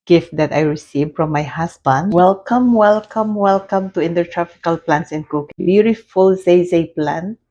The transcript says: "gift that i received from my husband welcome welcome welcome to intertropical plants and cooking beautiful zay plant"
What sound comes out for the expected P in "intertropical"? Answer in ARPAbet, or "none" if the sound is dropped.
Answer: F